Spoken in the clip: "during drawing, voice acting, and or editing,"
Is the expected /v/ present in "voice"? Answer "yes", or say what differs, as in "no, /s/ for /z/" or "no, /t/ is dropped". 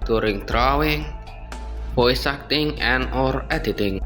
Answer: no, /p/ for /v/